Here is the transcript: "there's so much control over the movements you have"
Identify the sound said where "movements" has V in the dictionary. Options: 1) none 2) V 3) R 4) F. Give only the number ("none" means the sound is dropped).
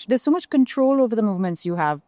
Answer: 2